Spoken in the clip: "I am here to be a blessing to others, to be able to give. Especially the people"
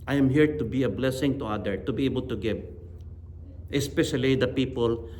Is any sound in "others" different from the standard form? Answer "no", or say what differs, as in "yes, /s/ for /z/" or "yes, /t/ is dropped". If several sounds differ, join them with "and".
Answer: yes, /z/ is dropped